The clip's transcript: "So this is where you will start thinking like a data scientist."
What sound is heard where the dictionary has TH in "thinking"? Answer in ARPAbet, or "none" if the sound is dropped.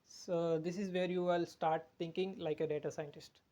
T